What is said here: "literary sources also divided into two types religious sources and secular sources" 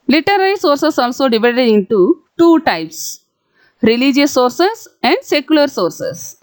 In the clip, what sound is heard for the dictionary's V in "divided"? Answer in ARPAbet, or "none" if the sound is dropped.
V